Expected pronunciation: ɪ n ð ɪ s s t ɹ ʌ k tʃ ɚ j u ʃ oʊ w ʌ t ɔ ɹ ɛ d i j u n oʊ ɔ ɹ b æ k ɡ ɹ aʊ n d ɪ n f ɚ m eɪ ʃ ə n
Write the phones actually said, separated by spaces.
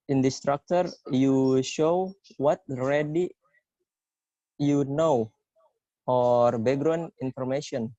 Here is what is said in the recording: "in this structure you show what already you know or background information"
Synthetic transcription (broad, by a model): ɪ n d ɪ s s t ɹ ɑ k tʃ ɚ j u ʃ oʊ w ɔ t ɹ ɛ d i j u n oʊ ɔ ɹ b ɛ ɡ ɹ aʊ n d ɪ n f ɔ m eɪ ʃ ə n